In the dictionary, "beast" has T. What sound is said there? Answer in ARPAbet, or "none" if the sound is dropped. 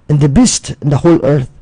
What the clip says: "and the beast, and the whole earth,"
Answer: T